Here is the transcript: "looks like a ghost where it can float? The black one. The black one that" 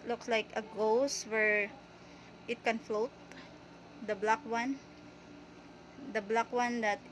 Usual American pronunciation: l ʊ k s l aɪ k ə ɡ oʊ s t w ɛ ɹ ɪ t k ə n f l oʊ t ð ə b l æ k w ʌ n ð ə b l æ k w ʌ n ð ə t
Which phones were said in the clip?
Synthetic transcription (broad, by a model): l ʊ k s l aɪ k ə ɡ oʊ s w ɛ ɹ ɪ t k ə n f l oʊ t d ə b l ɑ k w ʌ n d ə b l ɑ k w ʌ n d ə t